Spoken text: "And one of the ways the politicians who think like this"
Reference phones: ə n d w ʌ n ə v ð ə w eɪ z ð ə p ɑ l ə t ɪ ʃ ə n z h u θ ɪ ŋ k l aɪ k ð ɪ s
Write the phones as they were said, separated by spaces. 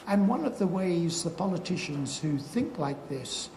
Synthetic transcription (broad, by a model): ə n w ʌ n ə v ð ə w eɪ z ð ə p ɑ l ə t ɪ ʃ ə n z h u θ ɪ ŋ k l aɪ k ð ɪ s